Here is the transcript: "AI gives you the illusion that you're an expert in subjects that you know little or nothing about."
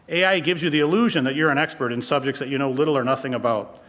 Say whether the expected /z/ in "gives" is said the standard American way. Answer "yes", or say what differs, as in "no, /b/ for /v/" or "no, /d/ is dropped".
yes